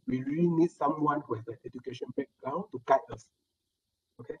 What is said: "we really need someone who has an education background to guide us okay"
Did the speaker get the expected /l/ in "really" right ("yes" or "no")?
yes